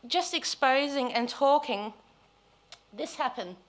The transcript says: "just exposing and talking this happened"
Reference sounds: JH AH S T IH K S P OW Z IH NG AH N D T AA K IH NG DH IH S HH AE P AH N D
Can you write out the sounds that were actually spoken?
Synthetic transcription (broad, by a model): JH AH S T IH K S P OW Z IH NG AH N T AA K IH NG DH IH S HH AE P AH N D